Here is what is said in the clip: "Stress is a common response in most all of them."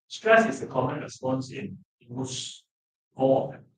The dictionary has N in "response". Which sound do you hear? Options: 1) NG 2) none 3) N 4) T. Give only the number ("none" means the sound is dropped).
3